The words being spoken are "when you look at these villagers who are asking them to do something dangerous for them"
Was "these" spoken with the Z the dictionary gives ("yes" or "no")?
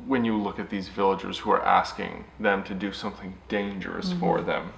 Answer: yes